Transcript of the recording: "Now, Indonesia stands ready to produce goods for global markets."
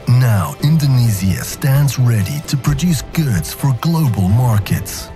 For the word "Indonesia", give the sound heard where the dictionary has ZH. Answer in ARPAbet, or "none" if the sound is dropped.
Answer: Z